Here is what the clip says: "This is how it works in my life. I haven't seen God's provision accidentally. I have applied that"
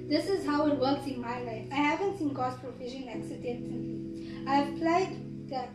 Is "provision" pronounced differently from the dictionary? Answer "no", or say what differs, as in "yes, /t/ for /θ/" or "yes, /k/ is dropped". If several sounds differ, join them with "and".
yes, /f/ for /v/ and /ʃ/ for /ʒ/